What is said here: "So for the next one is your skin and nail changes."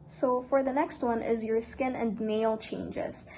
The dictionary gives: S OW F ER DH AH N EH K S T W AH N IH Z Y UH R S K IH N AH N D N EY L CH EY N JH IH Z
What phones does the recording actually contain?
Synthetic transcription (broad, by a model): S OW F ER DH AH N EH K S T W AH N IH Z Y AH R S K IH N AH N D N EY L CH EY N JH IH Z